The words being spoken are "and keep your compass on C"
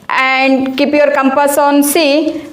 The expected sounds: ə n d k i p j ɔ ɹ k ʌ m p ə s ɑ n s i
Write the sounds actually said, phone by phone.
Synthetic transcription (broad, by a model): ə n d k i p j ɔ ɹ k ʌ m p ə s ɑ n s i